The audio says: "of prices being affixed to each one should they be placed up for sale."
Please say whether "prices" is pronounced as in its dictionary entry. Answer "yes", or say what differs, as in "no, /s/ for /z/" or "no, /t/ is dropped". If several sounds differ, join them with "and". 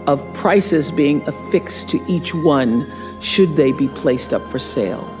yes